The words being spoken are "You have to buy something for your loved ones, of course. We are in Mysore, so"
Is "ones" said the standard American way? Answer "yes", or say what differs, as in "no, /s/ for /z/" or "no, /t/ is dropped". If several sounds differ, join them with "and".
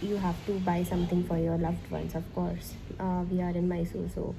no, /s/ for /z/